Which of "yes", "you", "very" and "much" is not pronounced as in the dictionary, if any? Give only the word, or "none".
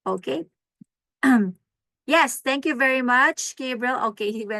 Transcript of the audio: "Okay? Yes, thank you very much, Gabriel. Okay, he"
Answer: none